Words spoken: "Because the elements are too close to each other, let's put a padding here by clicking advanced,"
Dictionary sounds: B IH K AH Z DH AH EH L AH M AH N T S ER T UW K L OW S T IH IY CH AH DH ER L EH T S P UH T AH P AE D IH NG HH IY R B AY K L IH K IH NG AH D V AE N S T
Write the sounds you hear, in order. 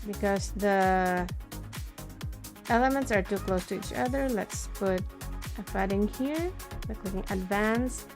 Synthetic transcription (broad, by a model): B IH K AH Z DH AH EH L AH M AH N T S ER T UW K L OW S T IH IY CH AH DH ER L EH T S P UH T AH F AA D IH NG HH IY R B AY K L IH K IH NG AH D V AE N S